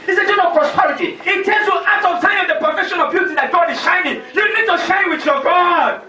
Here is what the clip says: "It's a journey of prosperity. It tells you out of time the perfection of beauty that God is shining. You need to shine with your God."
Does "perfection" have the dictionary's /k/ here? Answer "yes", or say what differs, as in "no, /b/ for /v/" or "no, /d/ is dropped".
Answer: no, /k/ is dropped